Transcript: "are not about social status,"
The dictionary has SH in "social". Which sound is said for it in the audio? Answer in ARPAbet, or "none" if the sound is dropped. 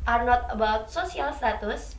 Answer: S